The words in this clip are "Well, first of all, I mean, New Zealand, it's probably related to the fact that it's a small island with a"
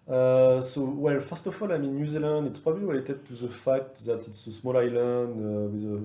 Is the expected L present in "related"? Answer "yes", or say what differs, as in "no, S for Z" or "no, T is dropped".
no, W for L